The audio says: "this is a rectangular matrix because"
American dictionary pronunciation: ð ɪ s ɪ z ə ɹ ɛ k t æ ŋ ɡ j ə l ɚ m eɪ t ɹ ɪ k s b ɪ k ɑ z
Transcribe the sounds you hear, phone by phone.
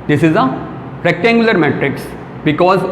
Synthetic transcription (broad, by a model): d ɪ s ɪ z ə ɹ ɛ k t æ ŋ ɡ j ə l ɚ m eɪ t ɹ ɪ k s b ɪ k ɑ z